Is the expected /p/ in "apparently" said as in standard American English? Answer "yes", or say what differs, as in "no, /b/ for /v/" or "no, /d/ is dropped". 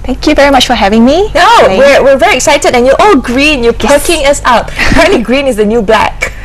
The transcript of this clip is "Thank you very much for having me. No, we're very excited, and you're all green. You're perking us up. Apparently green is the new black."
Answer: no, /p/ is dropped